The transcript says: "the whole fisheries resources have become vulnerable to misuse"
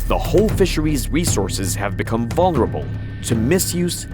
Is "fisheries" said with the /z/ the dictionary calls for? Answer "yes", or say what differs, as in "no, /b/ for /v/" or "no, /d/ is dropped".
yes